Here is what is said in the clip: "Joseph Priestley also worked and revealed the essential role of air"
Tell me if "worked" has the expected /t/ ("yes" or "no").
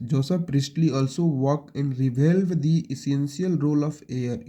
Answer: no